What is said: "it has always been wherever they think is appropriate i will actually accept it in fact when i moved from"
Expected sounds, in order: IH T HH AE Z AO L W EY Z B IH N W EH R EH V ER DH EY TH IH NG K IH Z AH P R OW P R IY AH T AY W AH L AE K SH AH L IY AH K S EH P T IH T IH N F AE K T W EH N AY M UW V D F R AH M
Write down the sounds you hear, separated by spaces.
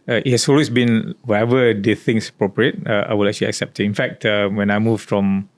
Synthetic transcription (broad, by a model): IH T HH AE S AO L W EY S B IH N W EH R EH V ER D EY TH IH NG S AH P R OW P R IY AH T AY W AH L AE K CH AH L IY AH K S EH P T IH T IH N F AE K T W EH N AY M UW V F R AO M